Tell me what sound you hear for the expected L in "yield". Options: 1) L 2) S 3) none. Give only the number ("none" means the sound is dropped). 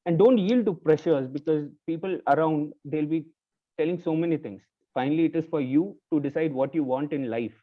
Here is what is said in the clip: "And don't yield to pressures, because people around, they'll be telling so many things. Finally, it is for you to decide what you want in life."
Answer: 1